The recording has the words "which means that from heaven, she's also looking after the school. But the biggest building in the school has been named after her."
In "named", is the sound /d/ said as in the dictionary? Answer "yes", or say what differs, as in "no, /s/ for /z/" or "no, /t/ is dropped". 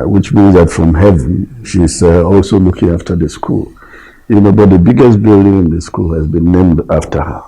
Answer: yes